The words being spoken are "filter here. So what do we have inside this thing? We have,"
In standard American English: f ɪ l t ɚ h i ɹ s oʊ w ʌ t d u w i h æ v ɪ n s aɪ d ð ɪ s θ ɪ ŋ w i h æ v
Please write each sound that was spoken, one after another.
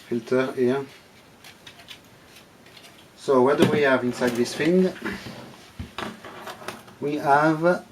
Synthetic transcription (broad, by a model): f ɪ l t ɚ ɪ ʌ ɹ s oʊ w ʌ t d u w i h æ v ɪ n s aɪ d ð ɪ s f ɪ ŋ w i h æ v